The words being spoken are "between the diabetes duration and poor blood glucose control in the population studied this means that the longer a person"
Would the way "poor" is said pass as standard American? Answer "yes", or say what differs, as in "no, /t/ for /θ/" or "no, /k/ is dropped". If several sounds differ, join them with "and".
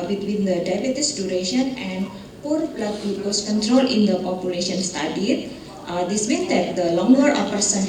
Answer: yes